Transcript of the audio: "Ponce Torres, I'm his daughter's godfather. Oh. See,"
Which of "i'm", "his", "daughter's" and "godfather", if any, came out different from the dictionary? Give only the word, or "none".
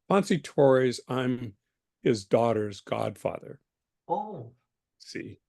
none